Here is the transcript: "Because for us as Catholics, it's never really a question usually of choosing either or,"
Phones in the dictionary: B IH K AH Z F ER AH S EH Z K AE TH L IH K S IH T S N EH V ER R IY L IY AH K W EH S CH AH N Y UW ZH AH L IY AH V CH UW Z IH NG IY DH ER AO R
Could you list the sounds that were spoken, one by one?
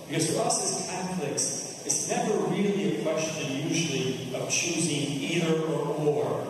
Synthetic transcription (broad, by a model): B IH K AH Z F ER AH S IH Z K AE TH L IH K S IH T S N EH V ER R IY L IY AH K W EH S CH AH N Y UW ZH L IY AH V CH UW Z IH NG IY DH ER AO R